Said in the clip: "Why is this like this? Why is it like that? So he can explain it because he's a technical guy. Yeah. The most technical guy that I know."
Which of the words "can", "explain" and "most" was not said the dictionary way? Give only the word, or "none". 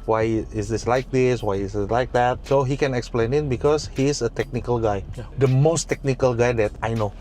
none